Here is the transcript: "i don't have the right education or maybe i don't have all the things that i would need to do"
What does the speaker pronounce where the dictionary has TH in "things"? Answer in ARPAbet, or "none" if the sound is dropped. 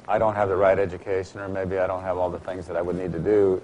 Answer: TH